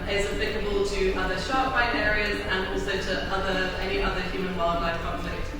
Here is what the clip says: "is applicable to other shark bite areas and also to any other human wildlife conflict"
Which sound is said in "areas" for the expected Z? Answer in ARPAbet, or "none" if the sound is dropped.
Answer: Z